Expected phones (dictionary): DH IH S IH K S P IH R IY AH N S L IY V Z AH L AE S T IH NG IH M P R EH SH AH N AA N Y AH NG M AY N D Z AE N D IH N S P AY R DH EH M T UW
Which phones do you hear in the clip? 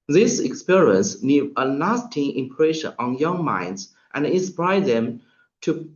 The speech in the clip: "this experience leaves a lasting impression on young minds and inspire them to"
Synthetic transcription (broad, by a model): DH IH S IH K S P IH R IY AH N S N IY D AH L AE S T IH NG IH M P R EH SH AH N AA N Y AH NG M AY N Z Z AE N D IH S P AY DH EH M T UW